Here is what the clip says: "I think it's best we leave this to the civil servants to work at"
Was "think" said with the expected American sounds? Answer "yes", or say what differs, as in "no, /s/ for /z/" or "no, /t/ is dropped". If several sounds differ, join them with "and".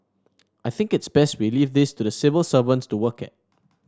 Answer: yes